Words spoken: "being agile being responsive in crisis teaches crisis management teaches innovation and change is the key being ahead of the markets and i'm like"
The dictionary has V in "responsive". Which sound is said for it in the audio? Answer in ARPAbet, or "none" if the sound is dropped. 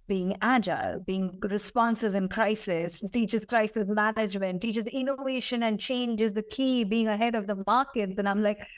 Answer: V